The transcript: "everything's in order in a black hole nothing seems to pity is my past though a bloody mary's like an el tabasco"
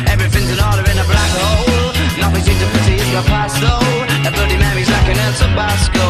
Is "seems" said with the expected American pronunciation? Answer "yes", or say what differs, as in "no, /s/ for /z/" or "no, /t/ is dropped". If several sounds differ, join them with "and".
no, /m/ is dropped